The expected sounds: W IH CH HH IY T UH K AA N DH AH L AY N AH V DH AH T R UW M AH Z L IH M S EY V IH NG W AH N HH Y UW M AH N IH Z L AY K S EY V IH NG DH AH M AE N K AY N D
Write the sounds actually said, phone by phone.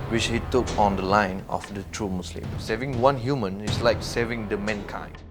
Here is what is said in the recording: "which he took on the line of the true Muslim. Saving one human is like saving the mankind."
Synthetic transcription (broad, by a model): W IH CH HH IY T UH K AA N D AH L AY N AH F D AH T R UW M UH S L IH M S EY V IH NG W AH N HH Y UW M AH N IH S L AY K S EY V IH NG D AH M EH N K AY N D